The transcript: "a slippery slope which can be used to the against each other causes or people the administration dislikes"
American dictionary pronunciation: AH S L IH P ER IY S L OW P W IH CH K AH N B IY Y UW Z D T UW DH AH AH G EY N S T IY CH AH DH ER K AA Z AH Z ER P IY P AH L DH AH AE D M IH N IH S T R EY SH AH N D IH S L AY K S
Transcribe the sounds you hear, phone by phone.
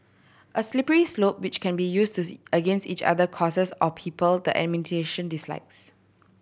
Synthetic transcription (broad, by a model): AH S L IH P ER IY S L OW P W IH CH K AH N B IY Y UW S T UW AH AH G EY N S T IY CH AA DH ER K AA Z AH S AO P IY P AH L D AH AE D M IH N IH T EY SH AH N D IH S L AY K S